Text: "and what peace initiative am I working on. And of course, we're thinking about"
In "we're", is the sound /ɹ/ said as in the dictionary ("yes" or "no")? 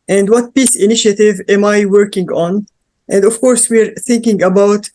yes